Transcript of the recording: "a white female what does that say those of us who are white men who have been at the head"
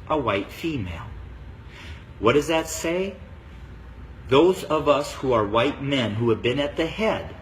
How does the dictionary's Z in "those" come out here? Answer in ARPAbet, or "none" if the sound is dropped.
Z